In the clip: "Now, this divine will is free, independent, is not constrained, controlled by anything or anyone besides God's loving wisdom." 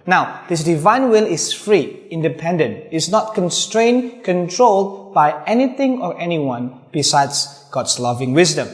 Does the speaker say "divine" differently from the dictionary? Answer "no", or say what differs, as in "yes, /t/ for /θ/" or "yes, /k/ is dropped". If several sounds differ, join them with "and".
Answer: no